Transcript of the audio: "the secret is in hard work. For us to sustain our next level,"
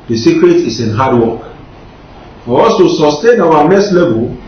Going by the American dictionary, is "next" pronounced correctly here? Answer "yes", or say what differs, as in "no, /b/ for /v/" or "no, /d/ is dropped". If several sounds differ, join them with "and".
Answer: no, /k/ is dropped